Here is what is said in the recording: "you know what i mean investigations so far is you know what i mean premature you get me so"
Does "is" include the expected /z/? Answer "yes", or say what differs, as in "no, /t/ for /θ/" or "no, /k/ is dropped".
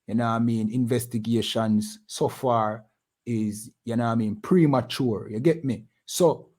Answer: yes